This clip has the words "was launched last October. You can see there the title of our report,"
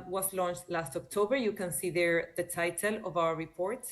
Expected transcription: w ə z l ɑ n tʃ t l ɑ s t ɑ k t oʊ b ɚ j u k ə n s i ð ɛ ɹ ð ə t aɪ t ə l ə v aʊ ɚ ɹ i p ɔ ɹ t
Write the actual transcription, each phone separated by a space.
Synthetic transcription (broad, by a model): w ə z l ɑ n tʃ t l ɑ s t ɑ k t oʊ b ɚ j u k ə n s i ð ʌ ɹ ð ə t aɪ t ə l ə v aʊ ɚ ɹ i p ɔ ɹ t